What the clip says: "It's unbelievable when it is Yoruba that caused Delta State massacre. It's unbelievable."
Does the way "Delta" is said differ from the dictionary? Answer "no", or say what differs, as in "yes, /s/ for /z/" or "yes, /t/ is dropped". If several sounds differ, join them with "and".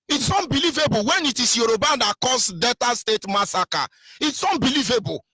yes, /l/ is dropped